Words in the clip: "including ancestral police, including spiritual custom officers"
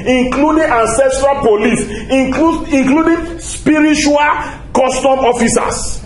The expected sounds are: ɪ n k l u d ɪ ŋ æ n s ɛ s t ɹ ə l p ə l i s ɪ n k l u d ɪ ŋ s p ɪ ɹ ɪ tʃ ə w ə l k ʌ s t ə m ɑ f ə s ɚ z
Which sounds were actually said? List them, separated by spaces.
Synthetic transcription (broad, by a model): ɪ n k l u d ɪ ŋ æ n s ɛ s t ɹ ə l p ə l i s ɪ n k l u d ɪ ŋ s p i ɹ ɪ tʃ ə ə l k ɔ s t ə m ɑ f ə s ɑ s